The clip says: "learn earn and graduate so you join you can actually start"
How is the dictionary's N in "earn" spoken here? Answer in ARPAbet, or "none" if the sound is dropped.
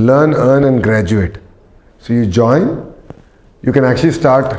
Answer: N